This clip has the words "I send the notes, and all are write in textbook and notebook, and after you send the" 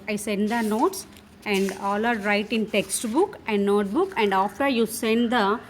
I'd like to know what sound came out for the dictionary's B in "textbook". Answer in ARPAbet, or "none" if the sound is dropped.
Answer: B